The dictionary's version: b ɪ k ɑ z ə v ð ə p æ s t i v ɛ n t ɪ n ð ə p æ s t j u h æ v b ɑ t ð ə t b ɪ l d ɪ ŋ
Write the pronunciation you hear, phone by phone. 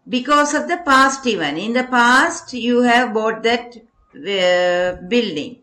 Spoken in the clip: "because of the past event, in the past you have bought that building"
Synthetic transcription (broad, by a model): b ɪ k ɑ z ə v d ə p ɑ s t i v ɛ n ɪ n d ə p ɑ s t j u h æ v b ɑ t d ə t b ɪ l d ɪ ŋ